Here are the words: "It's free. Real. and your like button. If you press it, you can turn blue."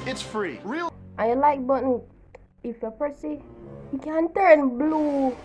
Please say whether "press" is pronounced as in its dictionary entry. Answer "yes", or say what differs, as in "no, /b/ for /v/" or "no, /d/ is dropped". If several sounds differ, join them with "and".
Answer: no, /ɹ/ is dropped